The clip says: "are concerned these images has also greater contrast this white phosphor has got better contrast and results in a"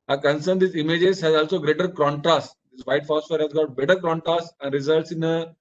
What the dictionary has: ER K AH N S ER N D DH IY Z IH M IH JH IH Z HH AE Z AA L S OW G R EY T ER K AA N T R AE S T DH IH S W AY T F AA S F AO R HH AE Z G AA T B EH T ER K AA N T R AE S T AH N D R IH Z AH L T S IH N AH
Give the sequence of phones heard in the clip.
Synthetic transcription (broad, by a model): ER K AH N S ER N D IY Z IH M IH JH IH Z HH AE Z AA L S OW G R EY T ER K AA N T R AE S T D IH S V AY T F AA S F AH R HH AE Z G AA T B EH T ER K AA N T R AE S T AH N D R IH Z AH L T S IH N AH